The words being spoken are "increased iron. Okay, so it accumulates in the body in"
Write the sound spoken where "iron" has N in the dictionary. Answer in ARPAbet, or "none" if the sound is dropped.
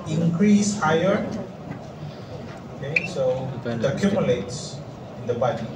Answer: none